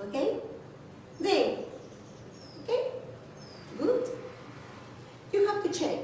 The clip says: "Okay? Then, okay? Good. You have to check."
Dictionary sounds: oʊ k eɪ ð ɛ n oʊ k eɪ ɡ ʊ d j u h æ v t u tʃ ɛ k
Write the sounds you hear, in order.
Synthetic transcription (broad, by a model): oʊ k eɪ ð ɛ oʊ k eɪ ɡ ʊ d j u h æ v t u tʃ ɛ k